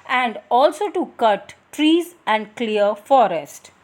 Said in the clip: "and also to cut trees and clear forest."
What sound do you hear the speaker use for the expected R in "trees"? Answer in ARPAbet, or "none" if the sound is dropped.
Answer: R